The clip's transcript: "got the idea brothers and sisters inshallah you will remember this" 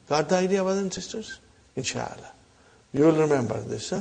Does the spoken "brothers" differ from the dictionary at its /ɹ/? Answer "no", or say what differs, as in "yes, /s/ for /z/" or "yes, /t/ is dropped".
yes, /ɹ/ is dropped